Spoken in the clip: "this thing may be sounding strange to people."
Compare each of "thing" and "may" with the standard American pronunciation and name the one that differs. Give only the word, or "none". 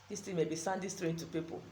thing